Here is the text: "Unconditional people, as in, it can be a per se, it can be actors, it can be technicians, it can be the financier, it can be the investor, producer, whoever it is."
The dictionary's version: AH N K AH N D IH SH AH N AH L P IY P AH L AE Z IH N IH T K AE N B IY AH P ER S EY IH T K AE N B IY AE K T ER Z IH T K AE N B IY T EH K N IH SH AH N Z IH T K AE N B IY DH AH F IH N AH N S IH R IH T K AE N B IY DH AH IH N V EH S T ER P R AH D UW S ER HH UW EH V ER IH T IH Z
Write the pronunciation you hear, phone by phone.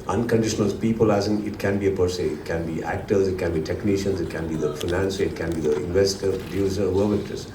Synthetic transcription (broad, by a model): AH N K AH N D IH SH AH N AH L P IY P AH L AE Z IH N IH T K AE N B IY AH P ER S EY IH T K AE N B IY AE K T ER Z IH T K AE N B IY T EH K N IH SH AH N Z IH T K AE N B IY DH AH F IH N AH N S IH IH T K AE N B IY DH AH IH N V EH S T ER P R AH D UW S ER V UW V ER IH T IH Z